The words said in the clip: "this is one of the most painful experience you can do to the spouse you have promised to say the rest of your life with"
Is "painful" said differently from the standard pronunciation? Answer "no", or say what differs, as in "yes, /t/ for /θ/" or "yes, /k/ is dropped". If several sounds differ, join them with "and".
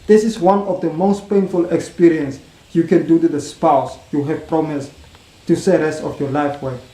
no